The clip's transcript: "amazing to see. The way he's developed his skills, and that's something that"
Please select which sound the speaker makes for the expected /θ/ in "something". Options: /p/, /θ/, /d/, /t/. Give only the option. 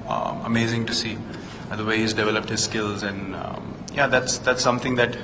/t/